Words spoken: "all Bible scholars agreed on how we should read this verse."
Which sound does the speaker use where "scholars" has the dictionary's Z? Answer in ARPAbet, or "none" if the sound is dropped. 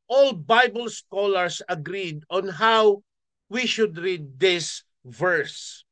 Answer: S